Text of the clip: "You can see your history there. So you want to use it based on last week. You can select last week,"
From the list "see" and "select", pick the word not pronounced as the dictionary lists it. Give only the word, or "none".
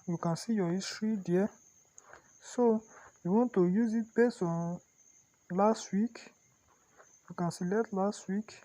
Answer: select